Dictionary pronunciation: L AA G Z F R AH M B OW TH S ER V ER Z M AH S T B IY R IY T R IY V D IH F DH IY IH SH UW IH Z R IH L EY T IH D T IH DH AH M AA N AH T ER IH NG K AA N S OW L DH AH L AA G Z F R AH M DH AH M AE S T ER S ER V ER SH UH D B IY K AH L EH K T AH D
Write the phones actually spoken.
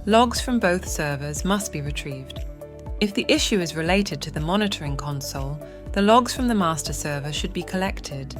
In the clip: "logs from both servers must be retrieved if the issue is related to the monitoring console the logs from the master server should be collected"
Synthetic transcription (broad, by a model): L AA G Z F R AH M B OW TH S ER V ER Z M AH S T B IY R IY T R IY V D IH F DH IY IH SH UW IH Z R IH L EY T IH D T IH DH AH M AA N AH T ER IH NG K AA N S OW L DH AH L AA G Z F R AH M DH AH M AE S T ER S ER V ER SH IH D B IY K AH L EH K T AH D